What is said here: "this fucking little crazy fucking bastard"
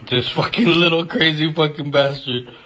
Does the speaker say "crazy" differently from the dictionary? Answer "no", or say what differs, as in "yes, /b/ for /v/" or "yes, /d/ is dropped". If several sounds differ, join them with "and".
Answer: no